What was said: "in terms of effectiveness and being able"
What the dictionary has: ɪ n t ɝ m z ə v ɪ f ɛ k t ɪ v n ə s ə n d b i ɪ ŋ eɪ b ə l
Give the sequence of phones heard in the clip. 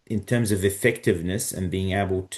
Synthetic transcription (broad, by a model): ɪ n t ɝ m z ə v ɪ f ɛ k t ɪ v n ə s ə n b i ɪ ŋ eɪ b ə l